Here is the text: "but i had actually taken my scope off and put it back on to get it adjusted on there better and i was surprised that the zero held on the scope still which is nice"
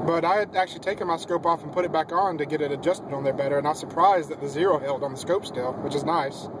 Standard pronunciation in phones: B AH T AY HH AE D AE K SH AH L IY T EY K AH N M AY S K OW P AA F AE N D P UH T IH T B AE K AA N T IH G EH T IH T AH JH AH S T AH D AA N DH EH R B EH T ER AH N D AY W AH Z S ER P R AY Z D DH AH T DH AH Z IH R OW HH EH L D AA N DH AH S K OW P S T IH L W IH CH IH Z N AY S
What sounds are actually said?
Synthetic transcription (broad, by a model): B AH T AY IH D AE K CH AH L IY T EY K AH N M AY S K OW P AA F N P UH T IH T B AE K N T IH G EH T IH T AH JH AH S T AH D N DH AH R B EH T ER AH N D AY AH S ER P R AY Z DH AH T DH AH Z IH R OW HH EH L D N DH AH S K OW P S T IH L W IH CH IH Z N AY S